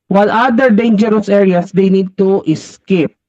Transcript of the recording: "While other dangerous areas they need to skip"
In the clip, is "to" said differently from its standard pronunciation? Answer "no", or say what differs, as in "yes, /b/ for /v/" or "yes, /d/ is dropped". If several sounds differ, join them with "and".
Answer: no